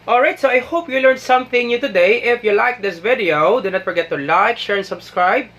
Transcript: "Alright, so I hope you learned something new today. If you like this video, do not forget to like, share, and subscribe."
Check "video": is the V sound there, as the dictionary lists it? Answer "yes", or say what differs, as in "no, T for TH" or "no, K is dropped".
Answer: yes